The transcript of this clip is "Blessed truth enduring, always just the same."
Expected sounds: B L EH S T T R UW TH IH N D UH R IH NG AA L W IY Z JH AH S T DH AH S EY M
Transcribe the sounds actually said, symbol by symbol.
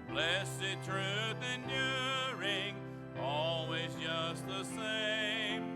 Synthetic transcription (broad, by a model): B L EH S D T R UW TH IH N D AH R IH NG AA L W IY Z JH AH S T DH AH S EY M